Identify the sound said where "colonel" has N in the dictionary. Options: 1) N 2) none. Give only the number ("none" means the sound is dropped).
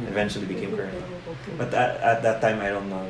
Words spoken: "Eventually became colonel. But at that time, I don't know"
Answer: 2